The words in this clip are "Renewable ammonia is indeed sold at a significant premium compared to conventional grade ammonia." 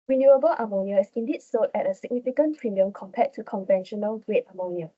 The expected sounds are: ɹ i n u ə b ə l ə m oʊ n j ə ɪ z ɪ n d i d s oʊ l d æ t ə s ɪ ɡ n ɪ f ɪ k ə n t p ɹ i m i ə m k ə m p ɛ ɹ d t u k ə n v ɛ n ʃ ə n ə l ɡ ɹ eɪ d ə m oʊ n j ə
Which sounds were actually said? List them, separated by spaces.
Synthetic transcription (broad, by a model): ɹ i n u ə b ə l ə m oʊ n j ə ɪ s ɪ n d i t s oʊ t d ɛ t ə s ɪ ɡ n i f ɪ k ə n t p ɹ i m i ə m k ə m p ɛ t u k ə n v ɛ n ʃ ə n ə l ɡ ɹ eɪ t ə m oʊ n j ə